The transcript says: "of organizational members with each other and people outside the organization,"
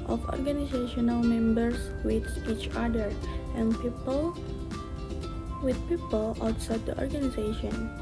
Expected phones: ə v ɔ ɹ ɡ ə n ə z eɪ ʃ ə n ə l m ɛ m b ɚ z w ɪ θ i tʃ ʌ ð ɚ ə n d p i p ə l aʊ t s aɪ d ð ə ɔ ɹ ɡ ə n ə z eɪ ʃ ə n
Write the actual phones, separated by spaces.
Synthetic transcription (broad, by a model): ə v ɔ ɹ ɡ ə n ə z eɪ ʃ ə n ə l m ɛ m b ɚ s w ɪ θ i tʃ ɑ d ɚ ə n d p i p ə l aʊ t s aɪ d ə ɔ ɹ ɡ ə n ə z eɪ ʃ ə n